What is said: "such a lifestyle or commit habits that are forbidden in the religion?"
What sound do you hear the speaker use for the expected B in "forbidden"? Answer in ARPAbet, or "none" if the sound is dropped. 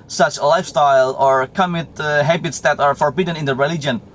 B